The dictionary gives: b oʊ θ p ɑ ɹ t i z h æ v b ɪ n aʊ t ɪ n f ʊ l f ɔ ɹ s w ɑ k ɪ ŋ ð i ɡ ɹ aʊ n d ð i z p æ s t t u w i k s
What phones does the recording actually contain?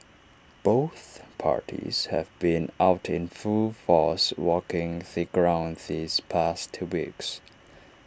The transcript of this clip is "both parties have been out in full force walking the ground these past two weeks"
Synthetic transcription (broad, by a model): b oʊ θ p ɑ ɹ t i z h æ v b ɪ n aʊ t ɪ n f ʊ l f ɔ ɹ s w ɑ k ɪ ŋ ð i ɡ ɹ aʊ n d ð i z p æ s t t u w i k s